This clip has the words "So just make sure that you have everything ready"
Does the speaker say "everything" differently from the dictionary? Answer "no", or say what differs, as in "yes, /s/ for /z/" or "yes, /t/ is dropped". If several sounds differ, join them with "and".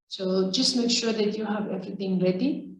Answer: yes, /t/ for /θ/